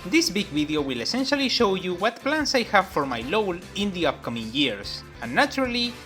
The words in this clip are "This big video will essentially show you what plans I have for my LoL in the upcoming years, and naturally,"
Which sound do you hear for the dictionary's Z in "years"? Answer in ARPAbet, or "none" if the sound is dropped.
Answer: S